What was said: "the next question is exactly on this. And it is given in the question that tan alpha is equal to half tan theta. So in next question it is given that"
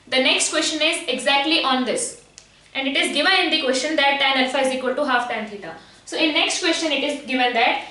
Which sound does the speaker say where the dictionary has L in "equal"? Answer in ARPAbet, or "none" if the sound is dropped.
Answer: L